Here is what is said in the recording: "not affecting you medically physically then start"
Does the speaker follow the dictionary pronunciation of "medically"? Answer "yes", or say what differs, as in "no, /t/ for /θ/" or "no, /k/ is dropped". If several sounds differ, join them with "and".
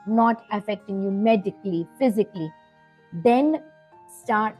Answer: yes